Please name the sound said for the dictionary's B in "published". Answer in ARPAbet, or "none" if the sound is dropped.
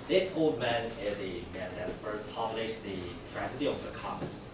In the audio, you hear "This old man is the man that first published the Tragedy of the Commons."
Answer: none